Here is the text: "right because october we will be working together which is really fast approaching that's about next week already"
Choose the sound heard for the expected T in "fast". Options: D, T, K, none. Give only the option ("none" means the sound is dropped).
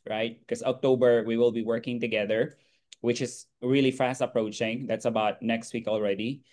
T